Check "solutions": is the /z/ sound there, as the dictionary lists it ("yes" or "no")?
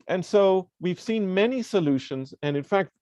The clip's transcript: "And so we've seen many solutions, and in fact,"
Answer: yes